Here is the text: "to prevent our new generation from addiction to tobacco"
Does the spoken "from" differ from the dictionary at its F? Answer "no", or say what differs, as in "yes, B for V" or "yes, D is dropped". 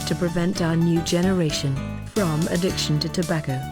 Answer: no